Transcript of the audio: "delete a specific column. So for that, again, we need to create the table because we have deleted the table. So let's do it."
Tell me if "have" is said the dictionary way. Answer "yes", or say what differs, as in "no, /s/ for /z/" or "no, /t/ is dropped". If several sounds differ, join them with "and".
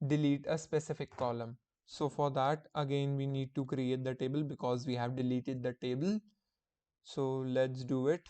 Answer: yes